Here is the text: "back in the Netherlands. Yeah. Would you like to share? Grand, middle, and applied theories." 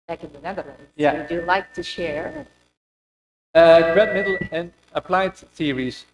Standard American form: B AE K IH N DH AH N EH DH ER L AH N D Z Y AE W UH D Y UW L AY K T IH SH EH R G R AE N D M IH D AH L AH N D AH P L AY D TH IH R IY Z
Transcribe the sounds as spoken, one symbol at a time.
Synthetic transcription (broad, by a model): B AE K IH N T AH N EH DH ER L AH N Y AE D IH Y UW L AY K T IH SH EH R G R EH D M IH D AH L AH N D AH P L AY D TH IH R IY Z